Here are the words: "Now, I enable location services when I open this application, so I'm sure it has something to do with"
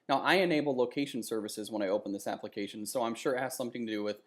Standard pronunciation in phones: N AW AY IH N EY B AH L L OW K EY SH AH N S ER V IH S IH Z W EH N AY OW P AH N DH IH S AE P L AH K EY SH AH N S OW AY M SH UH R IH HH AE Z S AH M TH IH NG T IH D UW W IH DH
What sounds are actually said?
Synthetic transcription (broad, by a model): N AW AY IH N EY B L L OW K EY SH N S ER V IH S IH Z W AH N AY OW P AH N DH IH S AE P L AH K EY SH AH N S OW AY M SH UH R IH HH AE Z S AH M TH IH NG T IH D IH W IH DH